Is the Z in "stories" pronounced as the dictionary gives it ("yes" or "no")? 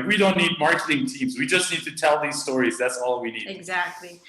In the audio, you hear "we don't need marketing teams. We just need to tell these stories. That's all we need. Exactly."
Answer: yes